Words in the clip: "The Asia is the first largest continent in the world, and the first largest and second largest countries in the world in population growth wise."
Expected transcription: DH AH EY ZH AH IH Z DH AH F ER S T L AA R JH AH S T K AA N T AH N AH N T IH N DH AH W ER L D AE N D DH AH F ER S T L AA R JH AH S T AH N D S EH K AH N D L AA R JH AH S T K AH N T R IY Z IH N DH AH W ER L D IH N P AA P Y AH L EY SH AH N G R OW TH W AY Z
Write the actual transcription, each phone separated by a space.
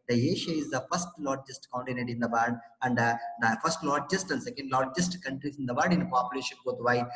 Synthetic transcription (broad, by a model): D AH EY SH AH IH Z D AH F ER S T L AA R JH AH S T K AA N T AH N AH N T IH N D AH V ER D D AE N D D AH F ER S T L AA R JH AH S T AH N D S EH K AH N D L AA R JH AH S T K AH N T R IY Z IH N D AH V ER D D IH N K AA P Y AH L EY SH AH N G OW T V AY